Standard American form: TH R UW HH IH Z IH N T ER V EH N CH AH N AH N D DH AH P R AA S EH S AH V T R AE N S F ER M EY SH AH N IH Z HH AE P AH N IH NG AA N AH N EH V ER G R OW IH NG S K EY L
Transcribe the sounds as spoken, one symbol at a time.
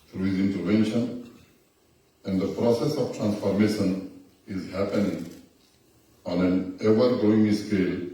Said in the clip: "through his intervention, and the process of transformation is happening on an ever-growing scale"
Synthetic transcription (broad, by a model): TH R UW HH IH Z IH N T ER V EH N SH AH N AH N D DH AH P R AA S EH S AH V T R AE N S F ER M EY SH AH N IH Z HH AE P AH N IH NG AA N AH N EH V ER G OW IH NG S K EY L